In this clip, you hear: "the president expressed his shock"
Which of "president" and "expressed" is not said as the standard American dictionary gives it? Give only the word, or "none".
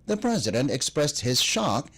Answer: none